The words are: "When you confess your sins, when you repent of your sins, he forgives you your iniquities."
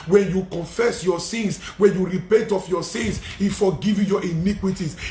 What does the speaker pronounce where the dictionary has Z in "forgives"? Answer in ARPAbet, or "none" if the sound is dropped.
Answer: none